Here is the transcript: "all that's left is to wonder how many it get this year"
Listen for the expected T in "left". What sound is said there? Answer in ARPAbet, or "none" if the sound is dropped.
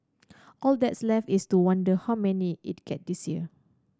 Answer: none